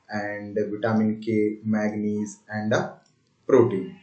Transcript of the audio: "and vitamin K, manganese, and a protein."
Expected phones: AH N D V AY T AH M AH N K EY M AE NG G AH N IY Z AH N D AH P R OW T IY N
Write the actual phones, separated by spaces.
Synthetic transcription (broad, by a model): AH N D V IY T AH M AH N K EY M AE G N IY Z AH N D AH P R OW T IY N